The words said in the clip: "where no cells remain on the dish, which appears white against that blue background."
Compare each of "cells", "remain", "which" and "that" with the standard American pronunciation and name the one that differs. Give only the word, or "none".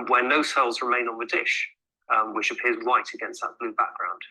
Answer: none